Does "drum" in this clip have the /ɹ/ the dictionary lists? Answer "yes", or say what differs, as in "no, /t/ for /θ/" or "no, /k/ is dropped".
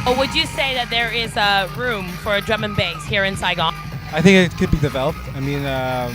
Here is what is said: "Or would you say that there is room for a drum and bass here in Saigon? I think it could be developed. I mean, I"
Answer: yes